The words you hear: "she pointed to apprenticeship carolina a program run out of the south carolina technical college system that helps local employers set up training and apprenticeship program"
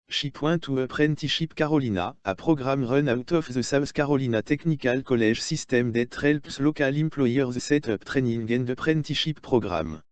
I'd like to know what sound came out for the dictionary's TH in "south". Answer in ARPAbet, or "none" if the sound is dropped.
S